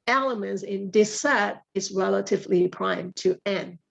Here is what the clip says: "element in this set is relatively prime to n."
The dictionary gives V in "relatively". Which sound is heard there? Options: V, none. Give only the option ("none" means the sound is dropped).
V